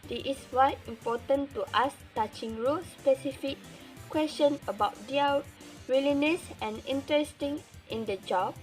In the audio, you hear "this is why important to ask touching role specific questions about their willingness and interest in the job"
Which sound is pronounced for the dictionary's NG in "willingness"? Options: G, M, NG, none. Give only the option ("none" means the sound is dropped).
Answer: none